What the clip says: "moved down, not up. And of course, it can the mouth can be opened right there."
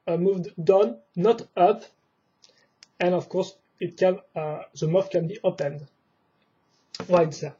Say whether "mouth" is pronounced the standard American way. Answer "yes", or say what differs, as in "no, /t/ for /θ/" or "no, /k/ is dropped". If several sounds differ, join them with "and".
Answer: no, /f/ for /θ/